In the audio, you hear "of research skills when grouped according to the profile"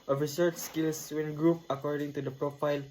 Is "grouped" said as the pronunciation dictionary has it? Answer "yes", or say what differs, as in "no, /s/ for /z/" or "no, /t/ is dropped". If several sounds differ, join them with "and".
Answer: no, /t/ is dropped